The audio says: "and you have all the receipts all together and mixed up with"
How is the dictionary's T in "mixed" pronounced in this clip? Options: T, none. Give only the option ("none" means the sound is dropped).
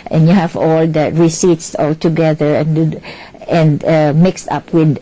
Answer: T